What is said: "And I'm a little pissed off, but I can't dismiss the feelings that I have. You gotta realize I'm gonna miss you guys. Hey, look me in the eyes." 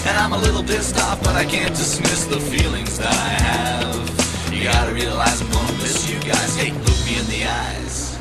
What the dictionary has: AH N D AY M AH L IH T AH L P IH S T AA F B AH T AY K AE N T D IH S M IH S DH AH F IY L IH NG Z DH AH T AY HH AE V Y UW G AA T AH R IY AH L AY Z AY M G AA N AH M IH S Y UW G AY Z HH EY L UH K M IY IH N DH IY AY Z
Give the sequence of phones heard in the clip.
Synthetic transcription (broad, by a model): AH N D AY M AH L IH T L B IH S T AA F B AH T AY K AE N D IH S M IH S DH AH F IY L IH NG Z DH AH T AY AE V Y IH G AA T AH R IY AH L AY Z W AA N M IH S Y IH G AY Z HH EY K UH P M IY IH N DH IY AY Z